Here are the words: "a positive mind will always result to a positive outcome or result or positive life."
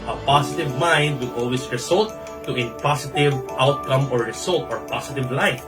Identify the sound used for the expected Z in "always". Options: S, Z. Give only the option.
S